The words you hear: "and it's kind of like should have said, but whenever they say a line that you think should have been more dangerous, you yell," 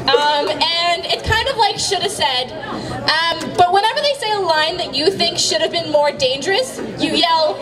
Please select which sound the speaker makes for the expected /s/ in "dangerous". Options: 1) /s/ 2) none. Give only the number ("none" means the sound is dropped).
1